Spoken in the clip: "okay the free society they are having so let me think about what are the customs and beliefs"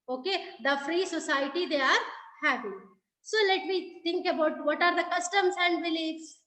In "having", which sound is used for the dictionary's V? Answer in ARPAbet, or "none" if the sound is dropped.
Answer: P